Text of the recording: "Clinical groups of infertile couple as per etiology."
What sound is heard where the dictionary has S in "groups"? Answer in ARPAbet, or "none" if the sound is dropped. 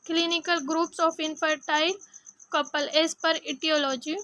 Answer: S